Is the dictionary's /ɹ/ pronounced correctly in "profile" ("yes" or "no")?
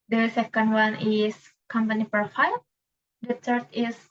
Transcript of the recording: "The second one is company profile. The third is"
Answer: no